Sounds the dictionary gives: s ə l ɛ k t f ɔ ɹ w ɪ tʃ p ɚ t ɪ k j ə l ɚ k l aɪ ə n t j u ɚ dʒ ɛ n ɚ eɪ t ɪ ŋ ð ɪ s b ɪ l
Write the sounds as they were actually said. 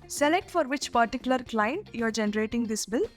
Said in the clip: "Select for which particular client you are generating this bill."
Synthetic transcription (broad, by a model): s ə l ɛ k t f ɔ ɹ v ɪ tʃ p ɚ t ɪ k j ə l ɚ k l aɪ ə n t j u ɚ dʒ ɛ n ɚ eɪ t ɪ ŋ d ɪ s b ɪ l